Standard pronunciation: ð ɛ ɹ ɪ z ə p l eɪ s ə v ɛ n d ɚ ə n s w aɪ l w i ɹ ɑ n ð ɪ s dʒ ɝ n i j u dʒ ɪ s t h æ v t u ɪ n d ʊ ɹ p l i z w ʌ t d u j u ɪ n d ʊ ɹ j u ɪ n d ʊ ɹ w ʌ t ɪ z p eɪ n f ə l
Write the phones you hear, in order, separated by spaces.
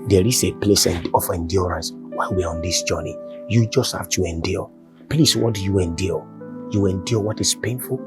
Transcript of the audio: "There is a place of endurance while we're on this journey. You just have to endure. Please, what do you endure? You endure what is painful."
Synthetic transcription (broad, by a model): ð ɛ ɹ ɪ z ə p l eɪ s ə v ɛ n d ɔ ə n s w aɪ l w i ɹ ɑ n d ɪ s dʒ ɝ n i j u dʒ ɪ s t h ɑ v t u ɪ n d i p l i s w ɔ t d u j u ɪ n d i j u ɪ n d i w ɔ t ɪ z p eɪ n f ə l